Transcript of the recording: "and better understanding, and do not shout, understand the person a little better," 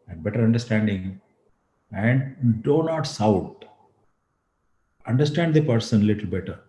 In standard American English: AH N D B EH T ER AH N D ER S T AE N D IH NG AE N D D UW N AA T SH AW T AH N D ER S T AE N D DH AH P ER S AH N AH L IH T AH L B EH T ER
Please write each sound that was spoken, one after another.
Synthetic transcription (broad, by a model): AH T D B EH T ER AH N D ER S T AE N D IH NG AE N D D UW N AA T S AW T AH N D ER S T AE N D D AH P ER S AH N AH L IH T AH L B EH T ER